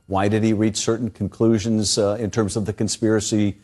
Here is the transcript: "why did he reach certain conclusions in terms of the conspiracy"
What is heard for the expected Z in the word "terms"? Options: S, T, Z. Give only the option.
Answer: Z